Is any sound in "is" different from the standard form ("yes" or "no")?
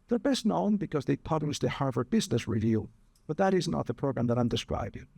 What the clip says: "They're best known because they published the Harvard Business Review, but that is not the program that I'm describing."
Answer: no